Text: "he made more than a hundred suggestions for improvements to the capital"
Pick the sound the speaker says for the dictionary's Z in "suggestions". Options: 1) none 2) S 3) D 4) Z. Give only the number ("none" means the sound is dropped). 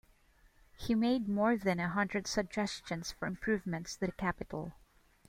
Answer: 2